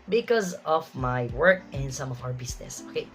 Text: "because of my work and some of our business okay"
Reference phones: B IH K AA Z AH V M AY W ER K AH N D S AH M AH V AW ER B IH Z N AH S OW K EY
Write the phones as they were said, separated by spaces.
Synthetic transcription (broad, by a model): B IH K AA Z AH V M AY W ER K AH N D S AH M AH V AW ER B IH S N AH S OW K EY